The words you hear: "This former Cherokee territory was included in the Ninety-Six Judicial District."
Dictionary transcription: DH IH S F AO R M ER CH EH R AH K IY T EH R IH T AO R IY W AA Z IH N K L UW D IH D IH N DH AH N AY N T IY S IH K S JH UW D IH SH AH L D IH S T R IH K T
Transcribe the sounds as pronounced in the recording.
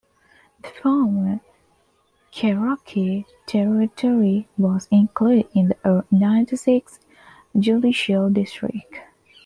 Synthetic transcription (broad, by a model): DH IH F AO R M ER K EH R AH K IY T EH R IH T AO R IY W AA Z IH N K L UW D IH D IH N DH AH N AY N T IY S IH K S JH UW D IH SH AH L D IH S T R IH K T